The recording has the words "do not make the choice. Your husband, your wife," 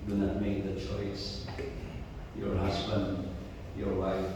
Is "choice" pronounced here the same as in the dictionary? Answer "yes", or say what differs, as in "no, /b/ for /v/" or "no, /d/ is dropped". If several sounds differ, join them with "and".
yes